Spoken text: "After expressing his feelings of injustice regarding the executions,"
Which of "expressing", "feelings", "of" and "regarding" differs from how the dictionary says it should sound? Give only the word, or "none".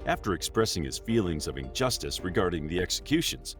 none